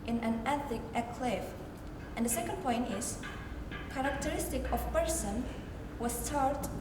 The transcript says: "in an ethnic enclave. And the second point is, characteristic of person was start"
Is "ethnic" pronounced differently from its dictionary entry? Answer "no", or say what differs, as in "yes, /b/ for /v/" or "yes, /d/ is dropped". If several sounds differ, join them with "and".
yes, /n/ is dropped